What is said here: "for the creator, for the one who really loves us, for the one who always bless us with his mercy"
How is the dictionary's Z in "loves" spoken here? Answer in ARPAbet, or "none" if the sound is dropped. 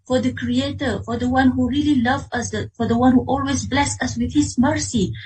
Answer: none